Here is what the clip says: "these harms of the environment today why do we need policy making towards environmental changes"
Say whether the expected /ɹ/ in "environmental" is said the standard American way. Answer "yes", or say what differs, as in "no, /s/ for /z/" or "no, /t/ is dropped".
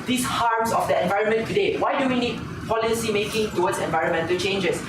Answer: yes